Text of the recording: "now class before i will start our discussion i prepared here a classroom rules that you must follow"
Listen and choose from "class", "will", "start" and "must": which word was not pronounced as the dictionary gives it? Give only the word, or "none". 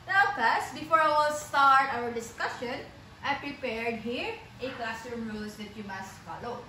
class